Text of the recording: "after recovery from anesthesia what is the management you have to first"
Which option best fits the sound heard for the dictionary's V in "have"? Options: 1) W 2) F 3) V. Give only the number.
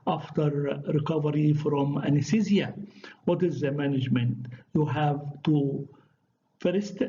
3